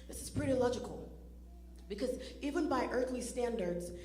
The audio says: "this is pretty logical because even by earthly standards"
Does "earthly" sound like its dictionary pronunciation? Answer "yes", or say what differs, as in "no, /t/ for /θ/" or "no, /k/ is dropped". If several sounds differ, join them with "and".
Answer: yes